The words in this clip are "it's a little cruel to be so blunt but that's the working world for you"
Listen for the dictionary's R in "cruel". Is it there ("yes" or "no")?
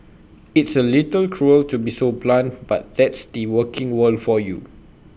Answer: yes